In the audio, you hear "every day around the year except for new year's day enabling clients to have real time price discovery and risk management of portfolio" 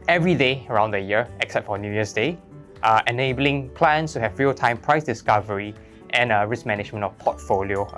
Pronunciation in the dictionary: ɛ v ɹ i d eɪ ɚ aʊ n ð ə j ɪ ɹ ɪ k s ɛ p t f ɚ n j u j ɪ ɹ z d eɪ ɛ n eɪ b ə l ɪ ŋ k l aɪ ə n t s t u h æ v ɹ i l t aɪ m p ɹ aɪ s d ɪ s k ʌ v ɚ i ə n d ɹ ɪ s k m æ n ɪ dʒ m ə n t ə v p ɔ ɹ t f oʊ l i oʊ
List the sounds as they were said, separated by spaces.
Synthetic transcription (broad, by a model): ɛ v ɹ i d eɪ ɚ aʊ n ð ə j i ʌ ɪ k s ɛ p t f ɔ n j u j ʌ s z d eɪ ɛ n eɪ b ə l ɪ ŋ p l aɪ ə n s t u h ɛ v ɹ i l t aɪ m p ɹ aɪ s d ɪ s k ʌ v ɚ i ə n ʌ ɹ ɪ s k m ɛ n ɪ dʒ m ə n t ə f p ɔ t f oʊ l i oʊ